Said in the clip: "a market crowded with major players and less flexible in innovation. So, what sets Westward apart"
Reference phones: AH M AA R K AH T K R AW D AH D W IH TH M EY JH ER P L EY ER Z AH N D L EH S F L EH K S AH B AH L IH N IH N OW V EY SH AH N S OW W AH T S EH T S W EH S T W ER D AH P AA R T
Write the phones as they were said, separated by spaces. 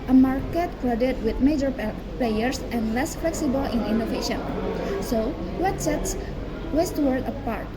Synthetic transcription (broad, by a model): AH M AA R K AH T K L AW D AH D W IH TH M EY JH ER P L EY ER S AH N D L EH S F L EH K S AH B AH L IH N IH N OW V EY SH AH N S OW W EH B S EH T S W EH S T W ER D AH P AA R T